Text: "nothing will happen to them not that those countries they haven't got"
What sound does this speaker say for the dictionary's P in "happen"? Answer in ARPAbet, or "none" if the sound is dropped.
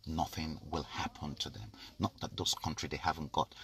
P